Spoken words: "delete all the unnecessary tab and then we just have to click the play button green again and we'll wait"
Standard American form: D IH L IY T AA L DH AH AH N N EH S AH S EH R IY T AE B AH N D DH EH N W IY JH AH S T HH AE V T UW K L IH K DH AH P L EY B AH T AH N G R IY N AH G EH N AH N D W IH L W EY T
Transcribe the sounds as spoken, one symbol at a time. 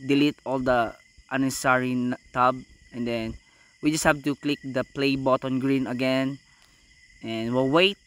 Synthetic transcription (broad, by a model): D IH L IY T AA L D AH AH N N S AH R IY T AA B AH N D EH N W IY JH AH S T HH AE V T UW K L IH K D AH P L EY B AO T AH N G R IY N AH G EH N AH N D W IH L W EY T